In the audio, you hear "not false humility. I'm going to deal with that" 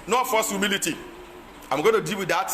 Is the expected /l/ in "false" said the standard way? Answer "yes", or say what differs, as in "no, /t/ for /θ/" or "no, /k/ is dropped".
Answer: no, /l/ is dropped